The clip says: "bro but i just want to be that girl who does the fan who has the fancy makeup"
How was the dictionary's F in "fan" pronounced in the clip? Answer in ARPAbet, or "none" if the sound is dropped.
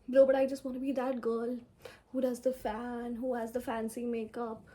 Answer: F